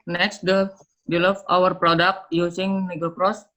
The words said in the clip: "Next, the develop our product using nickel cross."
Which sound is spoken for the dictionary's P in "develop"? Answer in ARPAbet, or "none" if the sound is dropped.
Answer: F